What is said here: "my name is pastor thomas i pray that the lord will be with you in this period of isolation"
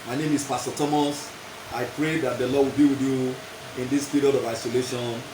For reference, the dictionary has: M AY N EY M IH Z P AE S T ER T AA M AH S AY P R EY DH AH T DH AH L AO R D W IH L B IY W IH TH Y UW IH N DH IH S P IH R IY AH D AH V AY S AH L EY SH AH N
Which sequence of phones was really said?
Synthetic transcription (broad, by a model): M AY N EY M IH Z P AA S T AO T AA M AH S AY P R EY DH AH T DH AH L AO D W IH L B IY W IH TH Y UW IH N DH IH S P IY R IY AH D AH V AY S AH L EY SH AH N